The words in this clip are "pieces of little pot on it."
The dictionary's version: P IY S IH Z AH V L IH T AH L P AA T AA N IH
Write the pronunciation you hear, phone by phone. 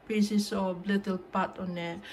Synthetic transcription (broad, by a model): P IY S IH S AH B L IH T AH L P AA T AA N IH